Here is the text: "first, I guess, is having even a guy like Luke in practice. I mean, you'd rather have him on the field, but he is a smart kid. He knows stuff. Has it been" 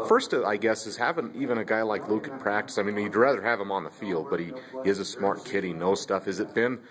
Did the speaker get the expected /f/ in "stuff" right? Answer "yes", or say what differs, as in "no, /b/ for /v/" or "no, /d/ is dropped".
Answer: yes